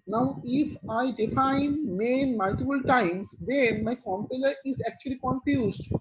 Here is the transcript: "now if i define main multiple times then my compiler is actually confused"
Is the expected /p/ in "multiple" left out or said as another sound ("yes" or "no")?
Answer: yes